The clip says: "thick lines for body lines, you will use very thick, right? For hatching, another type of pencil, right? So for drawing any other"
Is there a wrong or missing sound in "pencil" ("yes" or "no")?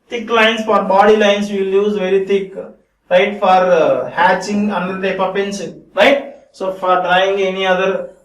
yes